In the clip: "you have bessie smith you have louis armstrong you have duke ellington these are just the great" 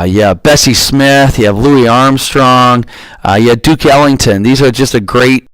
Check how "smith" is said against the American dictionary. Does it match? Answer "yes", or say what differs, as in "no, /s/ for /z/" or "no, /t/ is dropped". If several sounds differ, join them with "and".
yes